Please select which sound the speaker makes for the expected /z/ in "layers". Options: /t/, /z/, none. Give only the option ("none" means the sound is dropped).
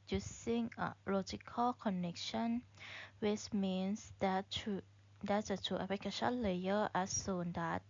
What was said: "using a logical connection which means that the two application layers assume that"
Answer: none